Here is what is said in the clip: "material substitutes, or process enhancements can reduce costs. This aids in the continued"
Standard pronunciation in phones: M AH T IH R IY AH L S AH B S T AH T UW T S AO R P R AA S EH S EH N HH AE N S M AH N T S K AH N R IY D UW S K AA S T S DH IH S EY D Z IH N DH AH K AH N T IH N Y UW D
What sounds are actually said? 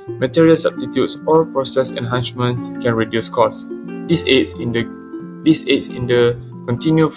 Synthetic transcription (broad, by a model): M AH T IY R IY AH L S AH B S T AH T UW T S AO L P R AA S EH S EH N HH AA N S M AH N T S K AH N R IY D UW S K AA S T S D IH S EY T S IH N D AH K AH N T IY N Y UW